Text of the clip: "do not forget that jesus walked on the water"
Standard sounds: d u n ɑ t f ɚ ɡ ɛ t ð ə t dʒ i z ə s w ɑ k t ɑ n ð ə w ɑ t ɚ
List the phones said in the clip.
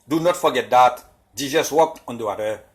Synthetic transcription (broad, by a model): d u n ɑ t f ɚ ɡ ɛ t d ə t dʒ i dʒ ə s w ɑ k ɑ n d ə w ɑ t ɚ